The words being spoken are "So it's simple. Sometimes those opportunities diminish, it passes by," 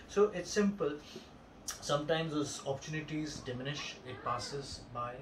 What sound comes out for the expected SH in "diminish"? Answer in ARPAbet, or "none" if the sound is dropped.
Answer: SH